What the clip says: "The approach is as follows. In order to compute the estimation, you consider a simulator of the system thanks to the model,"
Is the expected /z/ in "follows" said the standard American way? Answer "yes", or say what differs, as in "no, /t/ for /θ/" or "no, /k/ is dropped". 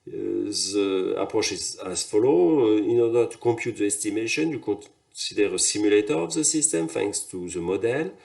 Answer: no, /z/ is dropped